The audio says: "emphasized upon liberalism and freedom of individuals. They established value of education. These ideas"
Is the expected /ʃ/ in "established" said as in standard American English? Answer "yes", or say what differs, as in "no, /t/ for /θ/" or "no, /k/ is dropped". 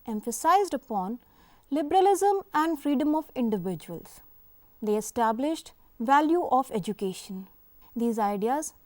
yes